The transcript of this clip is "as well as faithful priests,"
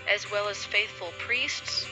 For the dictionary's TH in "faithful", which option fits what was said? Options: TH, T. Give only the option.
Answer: TH